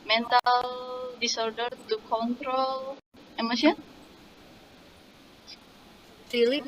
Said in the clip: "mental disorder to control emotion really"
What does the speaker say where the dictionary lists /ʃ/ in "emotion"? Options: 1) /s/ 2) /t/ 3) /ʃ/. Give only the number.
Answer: 1